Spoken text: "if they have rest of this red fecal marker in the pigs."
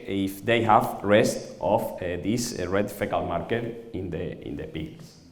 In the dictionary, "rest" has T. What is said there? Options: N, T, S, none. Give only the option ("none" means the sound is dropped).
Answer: T